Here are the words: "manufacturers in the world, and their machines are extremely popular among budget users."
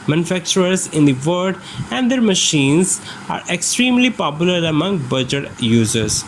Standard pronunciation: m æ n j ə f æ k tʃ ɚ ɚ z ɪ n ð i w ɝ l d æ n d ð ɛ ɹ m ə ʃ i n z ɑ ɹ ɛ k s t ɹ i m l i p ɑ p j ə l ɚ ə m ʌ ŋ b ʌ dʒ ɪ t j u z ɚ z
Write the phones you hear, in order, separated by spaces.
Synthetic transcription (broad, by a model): m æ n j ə f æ k tʃ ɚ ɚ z ɪ n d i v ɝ d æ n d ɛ ɹ m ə ʃ i n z ɑ ɹ ɛ k s t ɹ i m l i p ɑ p j ə l ɚ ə m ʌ ŋ b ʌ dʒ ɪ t j u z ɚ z